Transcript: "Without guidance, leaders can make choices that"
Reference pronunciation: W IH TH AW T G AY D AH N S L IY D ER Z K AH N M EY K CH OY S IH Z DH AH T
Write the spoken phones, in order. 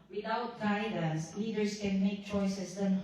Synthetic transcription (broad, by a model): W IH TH AW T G AY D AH S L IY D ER S K AH N M EY K CH OY S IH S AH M